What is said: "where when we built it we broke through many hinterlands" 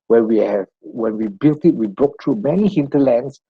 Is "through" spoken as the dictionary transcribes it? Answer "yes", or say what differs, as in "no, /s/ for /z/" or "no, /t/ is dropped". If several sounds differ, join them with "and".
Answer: no, /t/ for /θ/